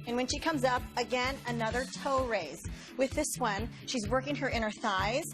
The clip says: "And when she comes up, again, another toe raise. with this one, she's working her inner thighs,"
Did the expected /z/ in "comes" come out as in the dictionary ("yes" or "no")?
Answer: yes